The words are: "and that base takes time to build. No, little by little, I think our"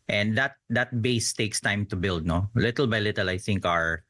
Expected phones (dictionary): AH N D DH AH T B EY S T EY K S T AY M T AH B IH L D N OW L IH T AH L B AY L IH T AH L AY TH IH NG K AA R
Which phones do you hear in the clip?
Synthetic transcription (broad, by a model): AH N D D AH T B EY S T EY K S T AY M T AH B IH L D N OW L IH T AH L B AY L IH T AH L AY TH IH NG K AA R